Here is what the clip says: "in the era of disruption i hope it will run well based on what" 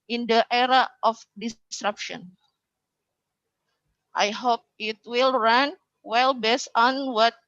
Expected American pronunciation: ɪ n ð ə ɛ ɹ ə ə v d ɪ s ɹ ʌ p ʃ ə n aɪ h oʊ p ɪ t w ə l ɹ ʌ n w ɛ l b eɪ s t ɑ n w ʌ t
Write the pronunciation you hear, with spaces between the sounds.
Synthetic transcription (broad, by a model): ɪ n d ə ɛ ɹ ə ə f d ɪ s ɹ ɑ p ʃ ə n aɪ h oʊ p ɪ t w ə l ɹ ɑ n w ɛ l b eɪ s ɑ n w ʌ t